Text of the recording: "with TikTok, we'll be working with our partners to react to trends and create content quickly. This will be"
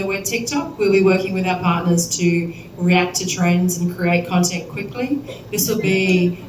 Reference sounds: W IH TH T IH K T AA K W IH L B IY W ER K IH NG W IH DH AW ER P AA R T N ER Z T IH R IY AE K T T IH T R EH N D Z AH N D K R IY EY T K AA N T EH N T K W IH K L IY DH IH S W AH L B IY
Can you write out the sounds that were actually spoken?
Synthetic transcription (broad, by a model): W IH T IH K T AA K W IH L B IY W ER K IH NG W IH DH AW ER P AA R T N ER Z T IH R IY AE K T T IH T R EH N D Z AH N K R IY EY T K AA N T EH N K W IH K L IY DH IH S W AH L B IY